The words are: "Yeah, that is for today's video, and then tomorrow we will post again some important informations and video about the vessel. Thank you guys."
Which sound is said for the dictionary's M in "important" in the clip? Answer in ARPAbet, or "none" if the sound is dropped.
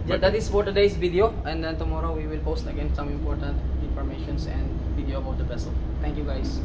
M